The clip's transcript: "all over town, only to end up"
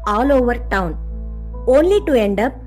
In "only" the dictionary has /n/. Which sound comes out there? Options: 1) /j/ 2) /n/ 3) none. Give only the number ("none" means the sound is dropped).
2